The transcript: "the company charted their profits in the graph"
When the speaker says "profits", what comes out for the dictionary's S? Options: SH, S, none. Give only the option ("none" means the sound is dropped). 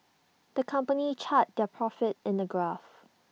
none